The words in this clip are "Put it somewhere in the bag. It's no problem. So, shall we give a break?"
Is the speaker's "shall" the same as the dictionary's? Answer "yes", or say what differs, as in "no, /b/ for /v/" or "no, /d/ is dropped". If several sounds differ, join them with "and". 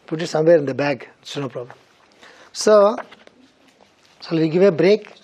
no, /s/ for /ʃ/